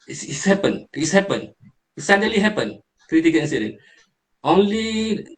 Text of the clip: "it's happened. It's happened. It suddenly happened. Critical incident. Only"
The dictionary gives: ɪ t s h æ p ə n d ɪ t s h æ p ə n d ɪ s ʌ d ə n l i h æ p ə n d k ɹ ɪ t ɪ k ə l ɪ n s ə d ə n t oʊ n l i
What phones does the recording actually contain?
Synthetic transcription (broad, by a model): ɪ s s h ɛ p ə n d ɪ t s h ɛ p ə n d ɪ s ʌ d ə l i h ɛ p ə n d k ɹ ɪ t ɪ k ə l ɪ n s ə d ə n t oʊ n l i